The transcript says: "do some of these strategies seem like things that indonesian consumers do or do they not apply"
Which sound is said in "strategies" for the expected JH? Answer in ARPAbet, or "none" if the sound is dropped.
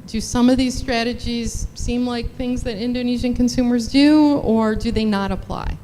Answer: JH